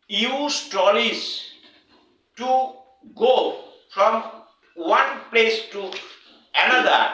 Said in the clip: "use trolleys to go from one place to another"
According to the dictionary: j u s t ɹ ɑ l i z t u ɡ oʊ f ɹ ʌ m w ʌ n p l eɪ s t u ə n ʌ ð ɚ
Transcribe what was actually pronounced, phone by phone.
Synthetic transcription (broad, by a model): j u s t ɑ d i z t u ɡ oʊ f ɹ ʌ m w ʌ n p l eɪ s t u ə n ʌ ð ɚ